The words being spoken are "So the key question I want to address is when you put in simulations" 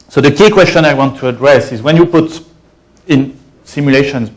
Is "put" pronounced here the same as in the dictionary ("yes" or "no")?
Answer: yes